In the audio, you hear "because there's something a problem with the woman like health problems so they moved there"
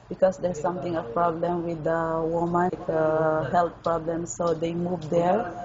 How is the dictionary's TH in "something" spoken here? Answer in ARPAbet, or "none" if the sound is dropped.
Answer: T